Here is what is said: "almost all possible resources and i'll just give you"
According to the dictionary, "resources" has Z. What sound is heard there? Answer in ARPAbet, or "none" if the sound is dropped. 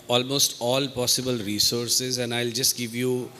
Z